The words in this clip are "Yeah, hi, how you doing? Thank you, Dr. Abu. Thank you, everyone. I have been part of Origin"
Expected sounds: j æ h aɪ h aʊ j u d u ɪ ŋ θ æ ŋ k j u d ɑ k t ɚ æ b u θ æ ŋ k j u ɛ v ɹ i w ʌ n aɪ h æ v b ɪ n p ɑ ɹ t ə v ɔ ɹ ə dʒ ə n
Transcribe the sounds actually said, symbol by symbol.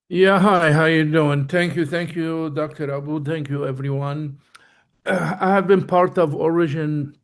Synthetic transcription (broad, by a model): j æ h aɪ h aʊ j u d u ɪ ŋ θ æ ŋ k j u d ɑ k t ɚ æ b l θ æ ŋ k j u ɛ v ɹ i w ʌ n aɪ h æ v b ɪ n p ɑ ɹ t ə v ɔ ɹ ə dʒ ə n